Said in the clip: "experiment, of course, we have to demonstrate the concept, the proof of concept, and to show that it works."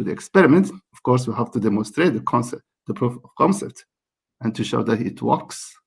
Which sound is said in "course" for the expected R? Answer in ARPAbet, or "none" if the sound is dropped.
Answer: R